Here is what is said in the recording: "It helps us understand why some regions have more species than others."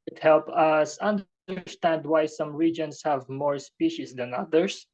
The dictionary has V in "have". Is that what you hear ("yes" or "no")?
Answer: yes